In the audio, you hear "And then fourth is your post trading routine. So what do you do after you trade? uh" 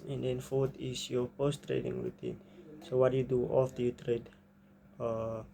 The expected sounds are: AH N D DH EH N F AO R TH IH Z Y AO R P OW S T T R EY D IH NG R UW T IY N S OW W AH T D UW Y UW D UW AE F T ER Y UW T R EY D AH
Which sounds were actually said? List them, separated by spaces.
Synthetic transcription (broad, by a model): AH N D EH N F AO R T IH S Y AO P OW S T T R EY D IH NG R UW T IY N S OW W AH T Y UW D UW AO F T Y UW T R EY D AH